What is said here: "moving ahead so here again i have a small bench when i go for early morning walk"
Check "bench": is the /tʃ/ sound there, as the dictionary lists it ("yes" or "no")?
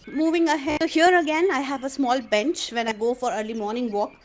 yes